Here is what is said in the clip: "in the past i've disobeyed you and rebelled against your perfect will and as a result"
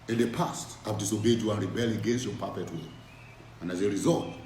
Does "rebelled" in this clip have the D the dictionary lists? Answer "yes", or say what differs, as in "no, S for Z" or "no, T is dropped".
no, D is dropped